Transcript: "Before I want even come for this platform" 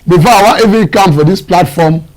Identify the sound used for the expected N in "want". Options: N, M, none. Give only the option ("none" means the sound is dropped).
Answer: none